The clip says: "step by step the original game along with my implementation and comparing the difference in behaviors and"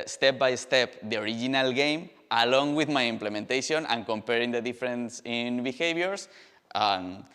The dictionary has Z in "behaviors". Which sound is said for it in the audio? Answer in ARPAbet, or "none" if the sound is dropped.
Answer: S